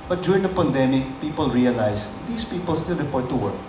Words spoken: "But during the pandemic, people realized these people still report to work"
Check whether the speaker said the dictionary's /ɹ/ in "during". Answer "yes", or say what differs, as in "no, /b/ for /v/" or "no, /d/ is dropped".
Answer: no, /ɹ/ is dropped